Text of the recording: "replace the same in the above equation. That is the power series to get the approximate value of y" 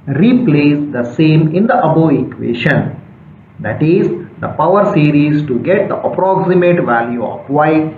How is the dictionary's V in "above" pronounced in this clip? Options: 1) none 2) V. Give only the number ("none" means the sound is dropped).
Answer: 1